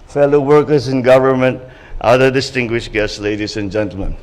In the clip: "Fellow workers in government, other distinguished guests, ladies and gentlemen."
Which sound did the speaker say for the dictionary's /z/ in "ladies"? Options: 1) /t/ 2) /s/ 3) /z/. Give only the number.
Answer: 2